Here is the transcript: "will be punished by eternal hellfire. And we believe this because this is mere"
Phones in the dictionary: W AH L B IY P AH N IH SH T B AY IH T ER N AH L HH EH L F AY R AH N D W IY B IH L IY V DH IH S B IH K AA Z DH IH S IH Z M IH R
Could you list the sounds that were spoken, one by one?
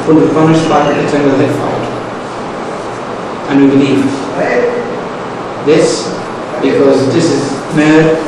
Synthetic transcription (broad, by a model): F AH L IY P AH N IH S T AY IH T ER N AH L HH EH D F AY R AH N W IY B IH L IY V DH IH S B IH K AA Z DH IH S IH Z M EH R